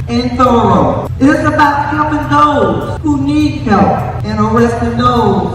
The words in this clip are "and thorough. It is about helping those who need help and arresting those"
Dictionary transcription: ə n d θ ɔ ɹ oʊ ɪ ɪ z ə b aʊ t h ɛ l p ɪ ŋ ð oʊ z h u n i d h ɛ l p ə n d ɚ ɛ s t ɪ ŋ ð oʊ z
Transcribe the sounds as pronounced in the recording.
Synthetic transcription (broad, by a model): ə n θ ɔ ɹ oʊ ɪ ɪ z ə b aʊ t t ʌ p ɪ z ð oʊ z h u n i d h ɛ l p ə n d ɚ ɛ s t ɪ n oʊ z